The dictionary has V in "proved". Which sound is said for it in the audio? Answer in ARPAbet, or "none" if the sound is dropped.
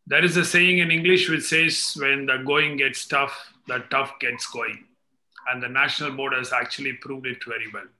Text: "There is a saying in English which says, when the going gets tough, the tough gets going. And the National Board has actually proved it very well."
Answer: V